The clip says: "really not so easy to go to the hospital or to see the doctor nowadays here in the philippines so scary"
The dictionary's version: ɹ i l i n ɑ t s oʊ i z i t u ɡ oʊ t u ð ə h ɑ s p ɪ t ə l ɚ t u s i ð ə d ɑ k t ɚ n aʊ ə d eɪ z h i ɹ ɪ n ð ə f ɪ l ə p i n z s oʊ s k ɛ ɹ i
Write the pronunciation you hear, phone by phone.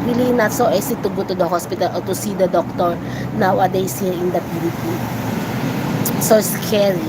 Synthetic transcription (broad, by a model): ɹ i l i n ɑ t s oʊ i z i t u ɡ oʊ t u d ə h ɑ s p ɪ t ə l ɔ t u s i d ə d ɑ k t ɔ n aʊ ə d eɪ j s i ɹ ɪ n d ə p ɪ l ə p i s oʊ s k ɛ ɹ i